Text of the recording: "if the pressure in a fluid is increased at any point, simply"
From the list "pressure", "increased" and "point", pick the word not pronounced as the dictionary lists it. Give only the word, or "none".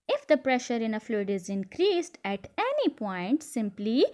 none